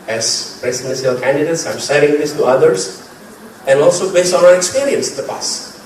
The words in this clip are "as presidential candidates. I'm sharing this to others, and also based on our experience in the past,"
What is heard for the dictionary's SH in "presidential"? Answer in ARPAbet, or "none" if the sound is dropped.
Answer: S